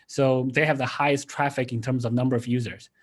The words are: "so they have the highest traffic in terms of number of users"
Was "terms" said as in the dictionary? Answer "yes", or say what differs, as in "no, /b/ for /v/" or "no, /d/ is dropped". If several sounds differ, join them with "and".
yes